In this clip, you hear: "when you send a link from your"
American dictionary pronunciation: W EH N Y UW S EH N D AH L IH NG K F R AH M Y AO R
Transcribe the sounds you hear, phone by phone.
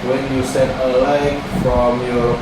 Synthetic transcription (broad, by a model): W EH N Y UW S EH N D AH L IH K F R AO M Y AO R